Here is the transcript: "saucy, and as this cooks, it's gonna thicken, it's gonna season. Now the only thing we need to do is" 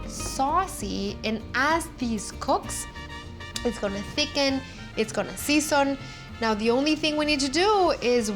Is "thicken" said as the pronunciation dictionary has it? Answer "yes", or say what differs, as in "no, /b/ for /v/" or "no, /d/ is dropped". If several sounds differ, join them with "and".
yes